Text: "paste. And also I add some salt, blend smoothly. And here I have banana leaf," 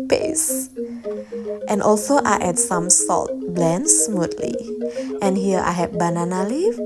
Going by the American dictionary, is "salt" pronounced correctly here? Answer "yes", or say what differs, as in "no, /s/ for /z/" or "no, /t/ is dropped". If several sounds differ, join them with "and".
yes